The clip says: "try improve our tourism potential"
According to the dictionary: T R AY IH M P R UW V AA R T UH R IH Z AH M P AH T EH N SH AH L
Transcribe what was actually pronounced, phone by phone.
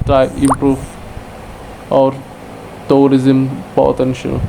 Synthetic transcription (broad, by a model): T R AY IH M P R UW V AA R T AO R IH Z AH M P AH T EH N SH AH L